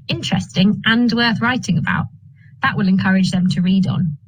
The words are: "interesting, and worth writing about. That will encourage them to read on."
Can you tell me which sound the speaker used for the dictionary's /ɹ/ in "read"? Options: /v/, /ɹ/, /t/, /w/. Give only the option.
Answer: /ɹ/